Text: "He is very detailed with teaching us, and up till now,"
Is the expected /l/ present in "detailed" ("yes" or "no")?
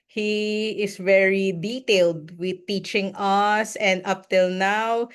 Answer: yes